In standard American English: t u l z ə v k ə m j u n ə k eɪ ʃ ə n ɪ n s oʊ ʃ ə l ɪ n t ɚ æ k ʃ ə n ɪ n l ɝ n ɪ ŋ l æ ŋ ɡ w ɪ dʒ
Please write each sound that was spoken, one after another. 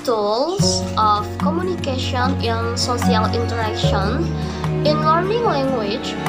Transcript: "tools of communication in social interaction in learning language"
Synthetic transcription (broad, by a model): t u l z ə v k ə m j u n ə k eɪ ʃ ə n ɪ n s oʊ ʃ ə l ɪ n t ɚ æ k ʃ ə n ɪ n l ɝ n ɪ ŋ l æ ŋ ɡ w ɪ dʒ